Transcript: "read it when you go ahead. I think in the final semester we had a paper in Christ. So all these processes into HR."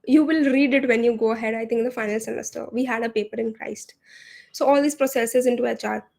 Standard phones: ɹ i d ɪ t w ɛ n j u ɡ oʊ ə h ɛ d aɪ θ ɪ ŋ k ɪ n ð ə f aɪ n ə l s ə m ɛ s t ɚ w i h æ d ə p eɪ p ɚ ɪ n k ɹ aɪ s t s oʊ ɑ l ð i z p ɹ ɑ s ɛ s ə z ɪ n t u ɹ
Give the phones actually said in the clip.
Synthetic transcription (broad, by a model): ɹ i d ɪ t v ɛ n j u ɡ oʊ ə h ɛ d aɪ t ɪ ŋ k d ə f aɪ n ə l s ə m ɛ s t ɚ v i h æ d ə p eɪ p ɚ ɪ n k ɹ aɪ s t s oʊ ɑ l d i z p ɹ ɑ s ɛ s ə z ɪ n t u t